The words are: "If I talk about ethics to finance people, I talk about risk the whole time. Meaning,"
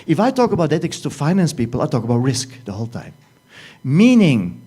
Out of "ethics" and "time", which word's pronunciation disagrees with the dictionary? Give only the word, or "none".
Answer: ethics